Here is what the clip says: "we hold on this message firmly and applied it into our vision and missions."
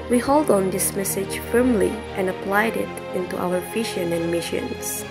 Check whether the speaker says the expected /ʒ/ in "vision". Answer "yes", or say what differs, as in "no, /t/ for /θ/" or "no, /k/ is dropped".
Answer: no, /ʃ/ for /ʒ/